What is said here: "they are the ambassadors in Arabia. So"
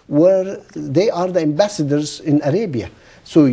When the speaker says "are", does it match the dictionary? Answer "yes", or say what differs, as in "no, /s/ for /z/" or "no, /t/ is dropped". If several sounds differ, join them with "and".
yes